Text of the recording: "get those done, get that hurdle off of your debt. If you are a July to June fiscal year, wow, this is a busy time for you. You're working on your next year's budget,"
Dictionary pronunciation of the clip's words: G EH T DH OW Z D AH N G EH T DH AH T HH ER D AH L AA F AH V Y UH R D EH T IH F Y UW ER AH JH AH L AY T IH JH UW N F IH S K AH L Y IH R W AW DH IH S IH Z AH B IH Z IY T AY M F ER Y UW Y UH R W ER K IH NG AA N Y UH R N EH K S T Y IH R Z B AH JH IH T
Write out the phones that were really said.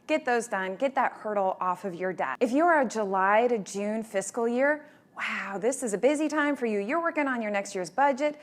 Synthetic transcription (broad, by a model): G EH T DH OW Z D AH N G EH T DH AH T HH ER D L AA F AH V Y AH R D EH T IH F Y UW ER JH AH L AY T IH JH UW N F IH S K L Y IH R W AW DH IH S IH Z AH B IH Z IY T AY M F ER Y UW Y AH R W ER K IH NG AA N Y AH R N EH K S T Y IH R Z B AH JH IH T